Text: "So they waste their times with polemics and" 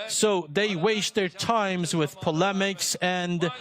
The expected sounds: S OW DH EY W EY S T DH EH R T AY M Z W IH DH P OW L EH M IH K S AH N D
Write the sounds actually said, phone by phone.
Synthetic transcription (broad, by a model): S OW DH EY W EY S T DH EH R T AY M Z W IH DH P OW L EH M IH K S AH N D